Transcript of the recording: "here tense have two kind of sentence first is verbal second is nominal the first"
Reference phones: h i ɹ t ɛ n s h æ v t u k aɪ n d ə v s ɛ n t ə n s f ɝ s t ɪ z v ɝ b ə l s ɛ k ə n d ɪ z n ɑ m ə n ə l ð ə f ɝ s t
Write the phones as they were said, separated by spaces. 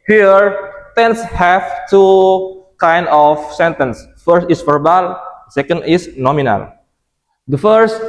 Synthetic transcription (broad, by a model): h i ɹ t ɛ n s h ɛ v t u k aɪ n d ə f s ɛ n t ə n s f ɝ s t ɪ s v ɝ b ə l s ɛ k ə n d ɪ s n ɑ m ə n ə l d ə f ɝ s t